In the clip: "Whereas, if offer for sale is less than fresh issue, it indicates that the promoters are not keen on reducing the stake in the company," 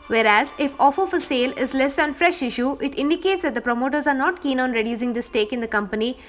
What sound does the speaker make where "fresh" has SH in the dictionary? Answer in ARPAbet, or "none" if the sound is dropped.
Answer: SH